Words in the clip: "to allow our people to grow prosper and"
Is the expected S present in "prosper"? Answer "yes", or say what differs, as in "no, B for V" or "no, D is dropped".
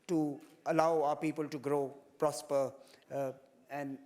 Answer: yes